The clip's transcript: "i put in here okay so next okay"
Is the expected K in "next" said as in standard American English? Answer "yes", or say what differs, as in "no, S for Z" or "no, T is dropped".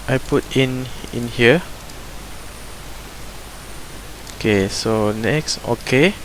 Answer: yes